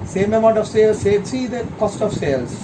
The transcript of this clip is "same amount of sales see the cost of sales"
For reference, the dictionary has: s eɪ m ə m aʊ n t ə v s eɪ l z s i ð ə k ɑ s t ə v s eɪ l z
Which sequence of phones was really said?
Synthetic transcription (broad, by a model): s eɪ m ə m aʊ n t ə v s eɪ l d s i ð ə k ɑ s t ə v s eɪ l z